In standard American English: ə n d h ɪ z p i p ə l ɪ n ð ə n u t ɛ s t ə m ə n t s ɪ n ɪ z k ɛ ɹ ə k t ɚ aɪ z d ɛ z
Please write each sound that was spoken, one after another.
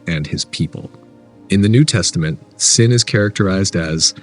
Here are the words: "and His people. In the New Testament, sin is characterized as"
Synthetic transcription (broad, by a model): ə n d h ɪ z p i p ə l ɪ n ð ə n u t ɛ s t ə m ə n t s ɪ n ɪ z k ɛ ɹ ə k t ɚ aɪ z d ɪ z